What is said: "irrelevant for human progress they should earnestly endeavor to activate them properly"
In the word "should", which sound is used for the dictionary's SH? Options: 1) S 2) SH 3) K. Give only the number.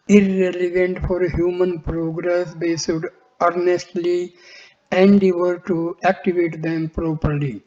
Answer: 1